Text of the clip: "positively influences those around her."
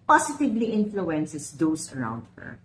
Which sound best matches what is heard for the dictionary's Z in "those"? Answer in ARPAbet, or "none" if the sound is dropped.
S